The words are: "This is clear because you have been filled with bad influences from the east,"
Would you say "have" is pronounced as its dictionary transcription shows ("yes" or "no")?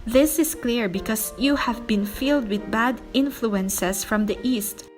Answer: yes